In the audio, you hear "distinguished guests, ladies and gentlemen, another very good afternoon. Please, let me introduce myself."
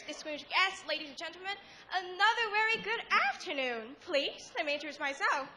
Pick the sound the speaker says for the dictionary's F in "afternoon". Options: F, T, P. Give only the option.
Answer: F